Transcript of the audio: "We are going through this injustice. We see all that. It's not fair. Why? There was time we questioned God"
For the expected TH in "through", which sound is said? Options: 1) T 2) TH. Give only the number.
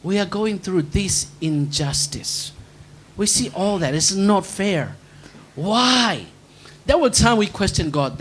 2